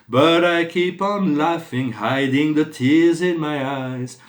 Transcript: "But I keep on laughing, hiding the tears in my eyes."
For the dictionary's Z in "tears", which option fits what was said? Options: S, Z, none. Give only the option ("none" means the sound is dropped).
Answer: Z